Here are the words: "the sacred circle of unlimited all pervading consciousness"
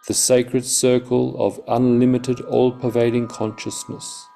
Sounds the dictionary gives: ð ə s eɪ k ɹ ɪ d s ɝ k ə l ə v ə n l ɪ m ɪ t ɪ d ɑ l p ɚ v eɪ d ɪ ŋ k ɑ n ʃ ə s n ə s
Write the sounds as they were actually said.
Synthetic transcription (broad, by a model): ð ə s eɪ k ɹ ɪ d s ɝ k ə l ə v ə n l ɪ m ɪ t ɪ d ɑ l p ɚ v eɪ d ɪ ŋ k ɑ n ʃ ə s n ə s